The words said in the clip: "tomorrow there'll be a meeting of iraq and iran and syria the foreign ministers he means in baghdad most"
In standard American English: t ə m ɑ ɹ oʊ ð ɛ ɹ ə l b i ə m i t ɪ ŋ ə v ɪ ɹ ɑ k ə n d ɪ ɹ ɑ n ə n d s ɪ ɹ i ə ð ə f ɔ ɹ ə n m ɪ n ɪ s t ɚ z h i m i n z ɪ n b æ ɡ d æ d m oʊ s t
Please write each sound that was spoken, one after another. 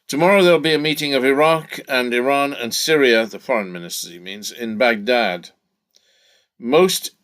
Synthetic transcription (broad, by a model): t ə m ɑ ɹ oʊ ð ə l b i ə m i t ɪ ŋ ə v ɪ ɹ ɑ k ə n ɪ ɹ ɑ n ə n s ɪ ɹ i ə ð ə f ɔ ɹ ə n m ɪ n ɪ s t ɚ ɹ i m i n z ɪ n b æ ɡ d æ d m oʊ s t